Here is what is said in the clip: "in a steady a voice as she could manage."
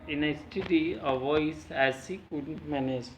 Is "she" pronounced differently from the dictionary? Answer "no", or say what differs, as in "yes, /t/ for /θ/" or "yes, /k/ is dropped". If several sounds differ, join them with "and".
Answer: yes, /s/ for /ʃ/